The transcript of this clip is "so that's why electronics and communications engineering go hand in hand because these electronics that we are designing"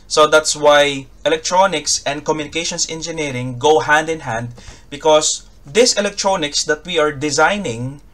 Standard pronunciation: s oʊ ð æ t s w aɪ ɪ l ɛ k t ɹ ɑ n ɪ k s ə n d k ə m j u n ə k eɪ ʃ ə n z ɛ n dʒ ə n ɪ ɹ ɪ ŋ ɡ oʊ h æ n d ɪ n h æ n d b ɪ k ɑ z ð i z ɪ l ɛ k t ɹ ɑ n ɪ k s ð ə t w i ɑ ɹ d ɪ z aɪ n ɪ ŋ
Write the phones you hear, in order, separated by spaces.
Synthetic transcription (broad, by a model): s oʊ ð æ t s w aɪ ɪ l ɛ k t ɹ ɑ n ɪ k s ə n d k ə m j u n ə k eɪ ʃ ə n s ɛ n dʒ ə n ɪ ɹ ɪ ŋ ɡ oʊ h æ n d ɪ n h æ n d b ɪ k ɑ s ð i s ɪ l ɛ k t ɹ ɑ n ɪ k s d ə t w i ɑ ɹ d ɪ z aɪ n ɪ ŋ